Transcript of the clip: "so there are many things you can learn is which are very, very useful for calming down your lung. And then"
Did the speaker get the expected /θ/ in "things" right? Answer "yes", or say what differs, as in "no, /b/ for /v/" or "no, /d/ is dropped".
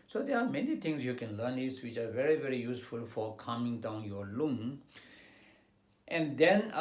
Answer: no, /t/ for /θ/